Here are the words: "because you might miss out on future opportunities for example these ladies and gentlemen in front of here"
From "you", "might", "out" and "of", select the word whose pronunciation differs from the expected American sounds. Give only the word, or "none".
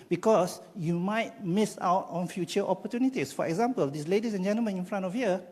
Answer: of